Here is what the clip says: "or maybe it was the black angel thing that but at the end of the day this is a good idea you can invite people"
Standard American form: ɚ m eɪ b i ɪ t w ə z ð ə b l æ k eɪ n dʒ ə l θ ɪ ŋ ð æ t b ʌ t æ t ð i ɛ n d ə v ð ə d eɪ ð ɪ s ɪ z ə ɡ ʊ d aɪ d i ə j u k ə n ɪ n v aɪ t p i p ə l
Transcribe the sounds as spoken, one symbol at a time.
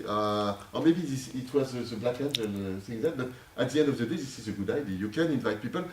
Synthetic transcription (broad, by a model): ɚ m eɪ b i ɪ t w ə z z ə b l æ k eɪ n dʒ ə n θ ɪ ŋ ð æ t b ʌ t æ t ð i ɛ n d ə v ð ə d eɪ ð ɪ s ɪ z ə ɡ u d aɪ d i j u k ə n ɪ n v aɪ t p i p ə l